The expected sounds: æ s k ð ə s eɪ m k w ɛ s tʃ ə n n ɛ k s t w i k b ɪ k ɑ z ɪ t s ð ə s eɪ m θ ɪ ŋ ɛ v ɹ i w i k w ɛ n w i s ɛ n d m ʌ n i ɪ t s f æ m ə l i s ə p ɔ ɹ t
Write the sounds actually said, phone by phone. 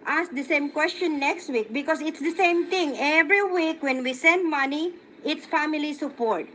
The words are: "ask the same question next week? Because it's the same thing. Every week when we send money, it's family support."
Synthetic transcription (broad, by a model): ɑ s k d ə s eɪ m k w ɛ s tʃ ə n n ɛ k s t w i k b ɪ k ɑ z ɪ t s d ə s eɪ m t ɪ ŋ ɛ v ɹ i w i k w ɛ n w i s ɛ n d m ʌ n i ɪ t s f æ m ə l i s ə p ɔ ɹ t